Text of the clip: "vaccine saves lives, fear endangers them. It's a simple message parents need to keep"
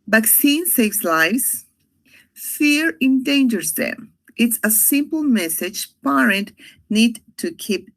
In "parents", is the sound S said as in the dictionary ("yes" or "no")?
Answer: no